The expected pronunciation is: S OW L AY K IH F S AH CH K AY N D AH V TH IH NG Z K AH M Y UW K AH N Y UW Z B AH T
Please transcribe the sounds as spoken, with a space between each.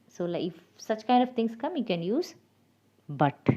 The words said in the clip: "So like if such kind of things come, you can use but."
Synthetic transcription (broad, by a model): S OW L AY IH F S AH CH K AY N D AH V T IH NG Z K AH M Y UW K AH N Y UW Z B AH T